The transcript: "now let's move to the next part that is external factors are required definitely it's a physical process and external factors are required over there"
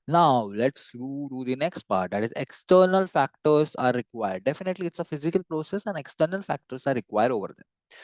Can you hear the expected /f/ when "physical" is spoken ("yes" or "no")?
yes